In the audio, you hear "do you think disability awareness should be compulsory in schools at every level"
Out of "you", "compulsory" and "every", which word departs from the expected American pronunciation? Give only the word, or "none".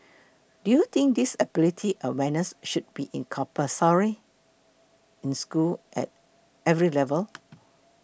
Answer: compulsory